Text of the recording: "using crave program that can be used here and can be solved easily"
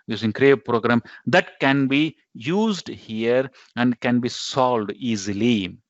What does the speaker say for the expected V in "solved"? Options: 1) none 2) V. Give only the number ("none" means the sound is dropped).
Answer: 1